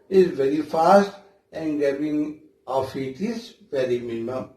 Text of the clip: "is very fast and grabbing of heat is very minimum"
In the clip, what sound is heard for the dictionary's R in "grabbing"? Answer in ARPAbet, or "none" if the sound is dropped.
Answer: none